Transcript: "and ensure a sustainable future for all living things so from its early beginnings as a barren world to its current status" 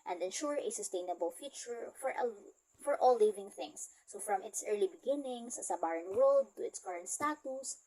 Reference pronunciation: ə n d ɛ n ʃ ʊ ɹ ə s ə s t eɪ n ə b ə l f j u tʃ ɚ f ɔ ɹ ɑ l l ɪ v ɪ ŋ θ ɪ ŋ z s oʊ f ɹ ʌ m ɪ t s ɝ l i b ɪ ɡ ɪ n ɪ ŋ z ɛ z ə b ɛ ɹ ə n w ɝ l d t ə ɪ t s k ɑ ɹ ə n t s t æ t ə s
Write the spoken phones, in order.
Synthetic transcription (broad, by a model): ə n d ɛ n ʃ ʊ ɹ ə s ə s t eɪ n ə b ə l f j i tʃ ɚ f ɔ ɹ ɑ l l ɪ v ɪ ŋ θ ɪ ŋ s oʊ f ɹ ʌ m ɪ t s ɝ l i b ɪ ɡ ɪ n ɪ ŋ s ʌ s ə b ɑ ɹ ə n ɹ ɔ d t ə ɪ t s k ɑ ɹ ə n t s t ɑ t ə s